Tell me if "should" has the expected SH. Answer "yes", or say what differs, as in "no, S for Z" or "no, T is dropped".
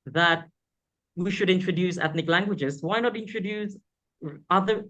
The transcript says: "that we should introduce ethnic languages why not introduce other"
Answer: yes